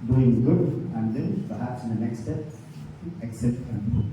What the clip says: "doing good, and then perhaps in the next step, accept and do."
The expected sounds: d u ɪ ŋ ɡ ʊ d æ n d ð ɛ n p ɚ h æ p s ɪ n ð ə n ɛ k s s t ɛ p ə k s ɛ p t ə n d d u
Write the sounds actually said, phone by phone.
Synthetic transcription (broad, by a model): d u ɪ ŋ ɡ ʊ d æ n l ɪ l p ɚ h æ p s ɪ n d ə n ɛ k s s t ɛ p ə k s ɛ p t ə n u